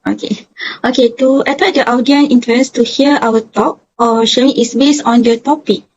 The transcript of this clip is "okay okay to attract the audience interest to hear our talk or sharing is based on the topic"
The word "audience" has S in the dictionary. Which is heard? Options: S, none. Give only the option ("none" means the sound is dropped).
none